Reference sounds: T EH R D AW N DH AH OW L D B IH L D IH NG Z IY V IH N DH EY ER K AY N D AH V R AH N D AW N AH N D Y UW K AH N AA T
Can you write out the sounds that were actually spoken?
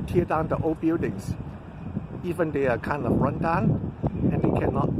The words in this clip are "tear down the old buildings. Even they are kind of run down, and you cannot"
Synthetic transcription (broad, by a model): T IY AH D AW N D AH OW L B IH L D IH NG S IY V IH N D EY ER K AY N D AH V R AH N D AW N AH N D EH K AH N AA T